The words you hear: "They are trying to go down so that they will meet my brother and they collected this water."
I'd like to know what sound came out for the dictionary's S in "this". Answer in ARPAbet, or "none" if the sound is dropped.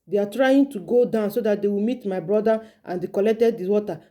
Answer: none